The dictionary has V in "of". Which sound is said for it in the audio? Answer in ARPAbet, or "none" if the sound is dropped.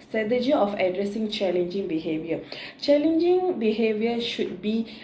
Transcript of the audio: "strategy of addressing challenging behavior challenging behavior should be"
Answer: F